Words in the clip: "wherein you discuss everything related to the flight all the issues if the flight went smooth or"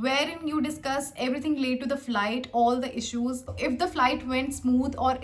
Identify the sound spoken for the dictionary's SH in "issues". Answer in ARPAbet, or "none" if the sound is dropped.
SH